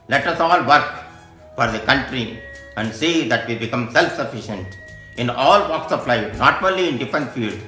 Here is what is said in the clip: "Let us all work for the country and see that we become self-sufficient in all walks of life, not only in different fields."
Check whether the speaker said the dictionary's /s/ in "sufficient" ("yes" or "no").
yes